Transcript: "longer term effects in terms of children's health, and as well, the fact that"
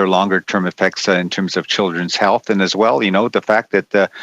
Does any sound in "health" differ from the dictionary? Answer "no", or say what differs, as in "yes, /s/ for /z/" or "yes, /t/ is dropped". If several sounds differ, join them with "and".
no